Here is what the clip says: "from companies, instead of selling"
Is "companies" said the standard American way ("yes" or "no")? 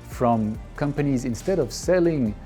yes